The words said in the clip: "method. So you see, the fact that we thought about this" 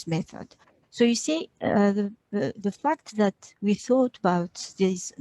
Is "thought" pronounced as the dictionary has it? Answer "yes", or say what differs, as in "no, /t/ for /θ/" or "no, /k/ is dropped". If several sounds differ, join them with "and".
yes